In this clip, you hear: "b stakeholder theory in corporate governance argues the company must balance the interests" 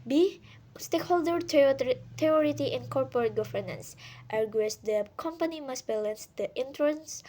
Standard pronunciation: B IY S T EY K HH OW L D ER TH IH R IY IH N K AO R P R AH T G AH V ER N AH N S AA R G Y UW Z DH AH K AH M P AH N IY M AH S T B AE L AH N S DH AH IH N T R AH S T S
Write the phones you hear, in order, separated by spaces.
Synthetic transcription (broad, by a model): B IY S T EY K HH OW L D ER T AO R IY IH N K AO R P R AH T G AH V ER N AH N S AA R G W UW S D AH K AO M P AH N IY M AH S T B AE L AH N S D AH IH N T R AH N S